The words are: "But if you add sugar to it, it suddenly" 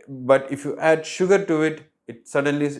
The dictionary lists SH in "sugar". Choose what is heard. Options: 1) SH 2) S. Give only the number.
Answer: 1